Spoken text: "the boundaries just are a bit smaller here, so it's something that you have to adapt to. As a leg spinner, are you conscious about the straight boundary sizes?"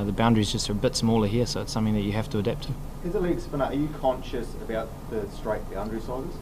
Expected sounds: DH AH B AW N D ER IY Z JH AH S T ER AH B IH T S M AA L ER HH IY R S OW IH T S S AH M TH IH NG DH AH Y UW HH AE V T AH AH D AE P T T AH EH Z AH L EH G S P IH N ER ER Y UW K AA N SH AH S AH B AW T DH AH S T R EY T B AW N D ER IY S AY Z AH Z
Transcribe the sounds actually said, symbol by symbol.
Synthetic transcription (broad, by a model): DH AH B AW N D ER IY Z JH AH S T ER AH B IH T S M AA L ER HH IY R S OW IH T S S AH M TH IH NG DH AH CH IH HH AE F T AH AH D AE P T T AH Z AH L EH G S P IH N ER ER Y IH K AA N SH AH S AH B AW T DH AH S T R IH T B AW N D ER IY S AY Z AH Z